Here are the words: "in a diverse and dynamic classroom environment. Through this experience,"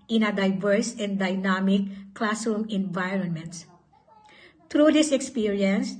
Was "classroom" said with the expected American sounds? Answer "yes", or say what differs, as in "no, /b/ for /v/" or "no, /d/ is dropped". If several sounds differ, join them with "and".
no, /ɹ/ is dropped